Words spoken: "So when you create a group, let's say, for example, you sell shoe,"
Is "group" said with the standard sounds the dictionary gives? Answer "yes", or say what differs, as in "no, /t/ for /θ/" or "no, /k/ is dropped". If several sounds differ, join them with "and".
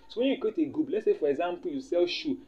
no, /ɹ/ is dropped and /b/ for /p/